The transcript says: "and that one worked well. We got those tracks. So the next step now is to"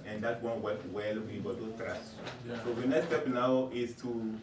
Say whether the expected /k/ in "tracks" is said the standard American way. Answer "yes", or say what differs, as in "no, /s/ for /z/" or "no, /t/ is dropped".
no, /k/ is dropped